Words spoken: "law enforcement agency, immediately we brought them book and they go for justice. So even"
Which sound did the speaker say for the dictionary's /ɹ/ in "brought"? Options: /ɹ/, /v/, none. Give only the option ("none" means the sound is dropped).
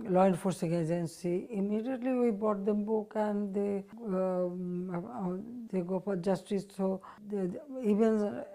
none